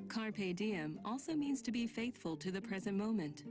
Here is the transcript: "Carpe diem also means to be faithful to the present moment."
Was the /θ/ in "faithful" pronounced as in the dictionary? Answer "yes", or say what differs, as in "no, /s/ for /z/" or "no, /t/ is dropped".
yes